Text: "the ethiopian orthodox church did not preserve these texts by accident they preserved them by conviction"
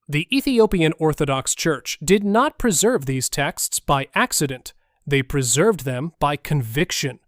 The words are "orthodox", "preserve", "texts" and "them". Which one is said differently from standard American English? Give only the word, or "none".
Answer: none